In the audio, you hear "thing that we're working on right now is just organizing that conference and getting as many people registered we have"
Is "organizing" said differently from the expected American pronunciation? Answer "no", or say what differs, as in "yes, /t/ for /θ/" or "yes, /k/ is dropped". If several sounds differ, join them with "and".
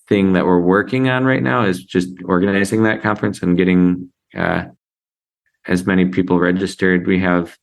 no